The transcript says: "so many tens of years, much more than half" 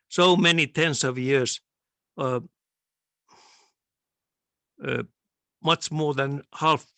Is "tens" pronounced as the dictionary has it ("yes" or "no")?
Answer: no